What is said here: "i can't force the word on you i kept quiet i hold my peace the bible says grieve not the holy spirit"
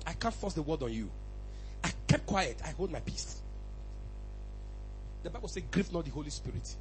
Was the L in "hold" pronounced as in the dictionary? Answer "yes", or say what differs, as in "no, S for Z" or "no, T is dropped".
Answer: yes